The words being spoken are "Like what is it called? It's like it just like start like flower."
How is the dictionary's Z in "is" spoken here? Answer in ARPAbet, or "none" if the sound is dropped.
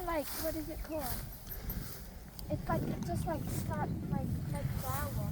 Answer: Z